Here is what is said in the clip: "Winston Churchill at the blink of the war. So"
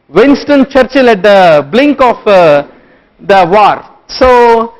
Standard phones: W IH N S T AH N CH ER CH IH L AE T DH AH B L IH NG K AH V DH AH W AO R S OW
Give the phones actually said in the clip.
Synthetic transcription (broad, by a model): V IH N S T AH N CH ER CH IH L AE T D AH B L IH NG K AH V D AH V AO R S OW